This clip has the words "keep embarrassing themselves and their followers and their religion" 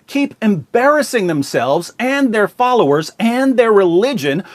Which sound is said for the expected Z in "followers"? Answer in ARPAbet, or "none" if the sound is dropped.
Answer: Z